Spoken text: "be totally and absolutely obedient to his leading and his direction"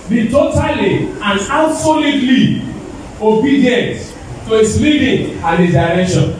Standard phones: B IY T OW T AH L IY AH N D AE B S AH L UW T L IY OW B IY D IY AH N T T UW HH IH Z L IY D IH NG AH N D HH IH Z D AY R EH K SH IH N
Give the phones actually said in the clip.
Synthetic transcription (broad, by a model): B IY T OW T AH L IY AH N D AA S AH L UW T L IY OW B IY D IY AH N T T UW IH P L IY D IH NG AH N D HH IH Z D AY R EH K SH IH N